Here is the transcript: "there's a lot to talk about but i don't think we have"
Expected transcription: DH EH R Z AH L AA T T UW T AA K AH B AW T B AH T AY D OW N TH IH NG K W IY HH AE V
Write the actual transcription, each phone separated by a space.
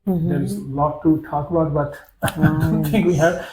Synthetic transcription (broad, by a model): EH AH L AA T T UW T AA K AH B AW T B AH T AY D OW N T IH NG K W IY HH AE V